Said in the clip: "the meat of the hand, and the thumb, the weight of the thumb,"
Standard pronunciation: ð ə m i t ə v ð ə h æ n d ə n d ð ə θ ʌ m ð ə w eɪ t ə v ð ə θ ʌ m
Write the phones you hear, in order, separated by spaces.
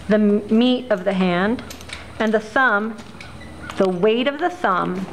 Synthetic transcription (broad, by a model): ð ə m i t ə v ð ə h æ n d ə n ð ə s ʌ m ð ə w eɪ t ə v ð ə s ʌ m